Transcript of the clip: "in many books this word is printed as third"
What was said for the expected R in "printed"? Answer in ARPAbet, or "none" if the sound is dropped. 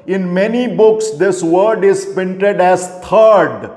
none